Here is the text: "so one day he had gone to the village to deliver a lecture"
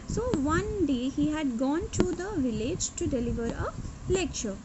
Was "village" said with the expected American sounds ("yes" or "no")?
yes